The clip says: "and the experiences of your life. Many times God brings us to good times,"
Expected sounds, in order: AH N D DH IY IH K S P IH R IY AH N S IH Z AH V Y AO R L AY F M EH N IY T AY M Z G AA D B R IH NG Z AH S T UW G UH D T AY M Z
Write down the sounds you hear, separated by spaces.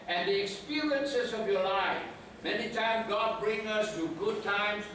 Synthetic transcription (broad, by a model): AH N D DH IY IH K S P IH R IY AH N S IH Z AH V Y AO L AY F M EH N IY T AY M G AA D B R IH NG AH S T UW G UH D T AY M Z